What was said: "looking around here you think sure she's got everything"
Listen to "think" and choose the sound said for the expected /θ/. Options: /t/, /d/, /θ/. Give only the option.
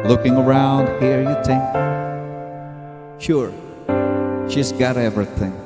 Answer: /t/